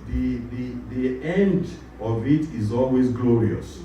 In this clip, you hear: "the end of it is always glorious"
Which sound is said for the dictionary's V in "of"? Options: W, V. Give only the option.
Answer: V